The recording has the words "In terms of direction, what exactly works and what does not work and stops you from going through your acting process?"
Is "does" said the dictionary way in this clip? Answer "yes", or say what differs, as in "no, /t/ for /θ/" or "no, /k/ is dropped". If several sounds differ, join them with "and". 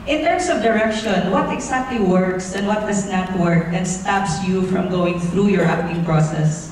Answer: no, /s/ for /z/